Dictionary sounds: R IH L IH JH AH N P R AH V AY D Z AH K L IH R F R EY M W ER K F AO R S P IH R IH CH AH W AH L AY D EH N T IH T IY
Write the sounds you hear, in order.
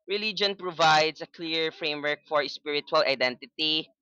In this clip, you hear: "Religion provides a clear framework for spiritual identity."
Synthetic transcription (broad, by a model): R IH L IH JH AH N P R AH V AY D S AH K L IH R F R EY M W ER K F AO R S P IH R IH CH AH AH L AY D EH N T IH T IY